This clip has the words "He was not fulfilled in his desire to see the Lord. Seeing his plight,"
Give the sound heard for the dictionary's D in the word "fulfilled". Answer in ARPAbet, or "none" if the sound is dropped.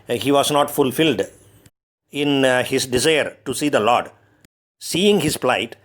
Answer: D